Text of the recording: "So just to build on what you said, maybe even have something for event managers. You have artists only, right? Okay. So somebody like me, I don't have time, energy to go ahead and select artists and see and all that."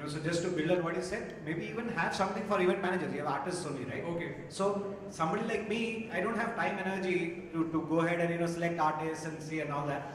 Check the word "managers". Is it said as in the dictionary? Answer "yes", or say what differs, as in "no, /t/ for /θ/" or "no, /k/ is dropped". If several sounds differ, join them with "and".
no, /z/ is dropped